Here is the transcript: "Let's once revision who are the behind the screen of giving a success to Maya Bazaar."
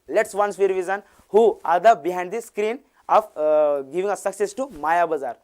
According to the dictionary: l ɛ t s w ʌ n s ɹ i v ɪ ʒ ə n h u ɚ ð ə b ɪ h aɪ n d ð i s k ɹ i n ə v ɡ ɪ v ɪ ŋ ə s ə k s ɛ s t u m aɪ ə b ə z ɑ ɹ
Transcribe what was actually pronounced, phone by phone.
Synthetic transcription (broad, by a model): l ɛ t s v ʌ n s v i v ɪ z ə n h u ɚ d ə b ɪ h aɪ n d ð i s k ɹ i n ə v ɡ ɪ v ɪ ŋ ə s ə k s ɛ s t u m aɪ ə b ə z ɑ ɹ